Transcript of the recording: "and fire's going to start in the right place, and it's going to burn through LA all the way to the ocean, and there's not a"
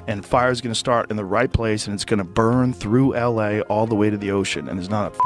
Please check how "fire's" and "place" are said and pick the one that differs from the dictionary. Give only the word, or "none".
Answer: none